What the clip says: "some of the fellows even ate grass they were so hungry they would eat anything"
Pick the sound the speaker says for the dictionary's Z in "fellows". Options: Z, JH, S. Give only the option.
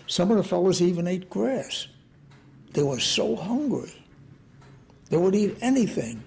Z